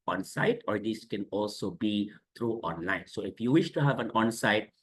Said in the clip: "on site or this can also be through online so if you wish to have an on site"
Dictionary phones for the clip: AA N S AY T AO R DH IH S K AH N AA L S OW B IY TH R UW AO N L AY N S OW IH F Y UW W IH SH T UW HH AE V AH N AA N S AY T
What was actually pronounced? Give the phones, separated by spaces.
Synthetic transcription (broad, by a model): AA N S AY T AO R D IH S K AH N AA L S OW B IY T R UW AO N L AY N S OW IH F Y UW W IH SH T UW HH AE V AH N AA N S AY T